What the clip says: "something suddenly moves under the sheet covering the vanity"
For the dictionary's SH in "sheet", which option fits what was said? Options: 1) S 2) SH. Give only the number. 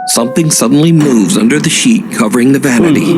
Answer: 2